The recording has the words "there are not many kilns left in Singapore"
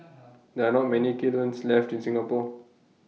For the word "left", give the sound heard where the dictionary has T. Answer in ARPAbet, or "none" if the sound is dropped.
T